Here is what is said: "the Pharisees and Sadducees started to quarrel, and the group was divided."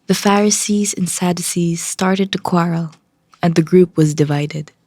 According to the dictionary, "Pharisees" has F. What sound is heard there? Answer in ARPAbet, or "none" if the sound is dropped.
F